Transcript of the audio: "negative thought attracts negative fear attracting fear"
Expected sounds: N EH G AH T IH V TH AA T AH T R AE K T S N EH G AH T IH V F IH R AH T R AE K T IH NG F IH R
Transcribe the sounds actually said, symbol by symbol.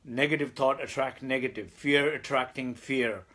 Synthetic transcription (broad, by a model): N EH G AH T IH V T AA T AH T R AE K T N EH G AH T IH V F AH R AH T R AE K T IH NG F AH R